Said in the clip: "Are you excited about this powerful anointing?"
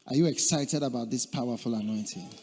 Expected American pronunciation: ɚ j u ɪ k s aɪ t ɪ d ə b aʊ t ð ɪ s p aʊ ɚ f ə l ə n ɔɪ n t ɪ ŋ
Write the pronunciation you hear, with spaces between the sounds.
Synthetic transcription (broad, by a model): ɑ j u ɪ k s aɪ t ɪ d ə b aʊ t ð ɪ s p aʊ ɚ f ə l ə n ɔɪ n t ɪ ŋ